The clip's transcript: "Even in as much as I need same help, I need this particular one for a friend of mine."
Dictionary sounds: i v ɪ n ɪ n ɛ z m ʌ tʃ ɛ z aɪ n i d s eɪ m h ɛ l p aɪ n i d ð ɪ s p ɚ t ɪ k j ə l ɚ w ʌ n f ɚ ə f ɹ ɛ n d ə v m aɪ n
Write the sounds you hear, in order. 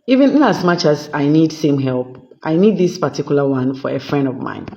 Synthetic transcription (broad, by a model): i v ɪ n ɪ n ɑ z m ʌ tʃ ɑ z aɪ n i d s eɪ m h ɛ l p aɪ n i d ð ɪ s p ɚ t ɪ k j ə l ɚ w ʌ n f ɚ ə f ɹ ɛ n d ə v m aɪ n